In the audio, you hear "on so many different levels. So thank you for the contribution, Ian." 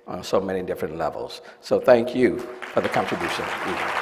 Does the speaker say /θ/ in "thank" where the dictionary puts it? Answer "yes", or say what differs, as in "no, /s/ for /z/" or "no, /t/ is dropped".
yes